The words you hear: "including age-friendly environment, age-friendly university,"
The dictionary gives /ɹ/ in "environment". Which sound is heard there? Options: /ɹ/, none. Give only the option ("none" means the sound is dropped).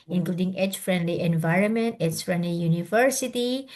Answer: /ɹ/